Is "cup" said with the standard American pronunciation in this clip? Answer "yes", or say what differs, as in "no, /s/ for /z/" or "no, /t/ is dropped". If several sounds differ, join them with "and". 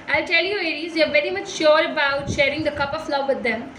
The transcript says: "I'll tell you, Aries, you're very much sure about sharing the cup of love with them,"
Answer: yes